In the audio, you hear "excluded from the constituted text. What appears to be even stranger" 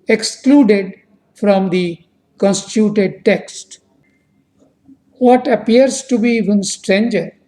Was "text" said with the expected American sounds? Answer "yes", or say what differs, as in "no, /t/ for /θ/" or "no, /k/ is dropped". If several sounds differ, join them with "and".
yes